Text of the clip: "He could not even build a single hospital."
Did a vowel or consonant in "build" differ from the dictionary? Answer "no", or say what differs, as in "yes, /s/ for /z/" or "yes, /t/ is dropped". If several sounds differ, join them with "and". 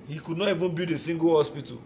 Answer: yes, /l/ is dropped